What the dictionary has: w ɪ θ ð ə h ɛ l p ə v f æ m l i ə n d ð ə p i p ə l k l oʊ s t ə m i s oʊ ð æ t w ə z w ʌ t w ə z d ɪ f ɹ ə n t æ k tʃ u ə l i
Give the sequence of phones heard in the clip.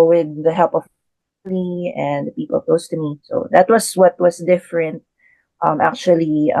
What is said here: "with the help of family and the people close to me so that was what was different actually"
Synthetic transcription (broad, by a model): w ɪ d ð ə h ɛ l p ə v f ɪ l i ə n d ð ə p i p ə l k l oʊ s t ə m i s oʊ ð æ t w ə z w ʌ t w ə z d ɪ f ɹ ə n t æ k tʃ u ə l i